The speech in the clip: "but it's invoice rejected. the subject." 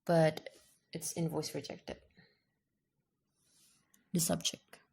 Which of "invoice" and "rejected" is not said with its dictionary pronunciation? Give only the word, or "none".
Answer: none